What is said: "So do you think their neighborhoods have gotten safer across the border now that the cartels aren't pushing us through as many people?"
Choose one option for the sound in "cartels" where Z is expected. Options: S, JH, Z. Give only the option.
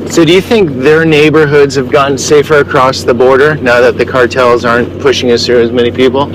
Z